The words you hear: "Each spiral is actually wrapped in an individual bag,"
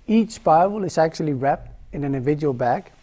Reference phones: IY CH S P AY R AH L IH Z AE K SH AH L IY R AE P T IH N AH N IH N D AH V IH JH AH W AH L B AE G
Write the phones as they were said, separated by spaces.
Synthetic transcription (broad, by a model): IY CH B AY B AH L IH Z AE K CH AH L IY R AE P T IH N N IH N D AH V IH JH AH W AH L B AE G